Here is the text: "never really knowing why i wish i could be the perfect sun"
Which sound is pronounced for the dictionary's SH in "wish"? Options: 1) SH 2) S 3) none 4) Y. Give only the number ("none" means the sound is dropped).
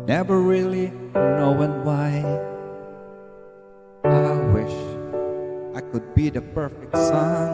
1